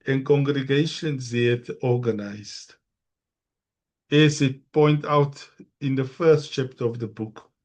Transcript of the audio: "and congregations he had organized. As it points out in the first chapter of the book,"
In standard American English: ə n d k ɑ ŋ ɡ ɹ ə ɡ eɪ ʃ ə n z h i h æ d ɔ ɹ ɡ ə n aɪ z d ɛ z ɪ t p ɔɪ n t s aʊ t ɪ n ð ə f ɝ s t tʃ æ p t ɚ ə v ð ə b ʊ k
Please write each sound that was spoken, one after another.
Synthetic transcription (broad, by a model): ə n k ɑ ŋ ɡ ɹ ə ɡ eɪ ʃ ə n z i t ɔ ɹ ɡ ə n aɪ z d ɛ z ɪ t p ɔɪ n t aʊ t ɪ n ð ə f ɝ s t tʃ æ p t ɚ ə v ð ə b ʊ k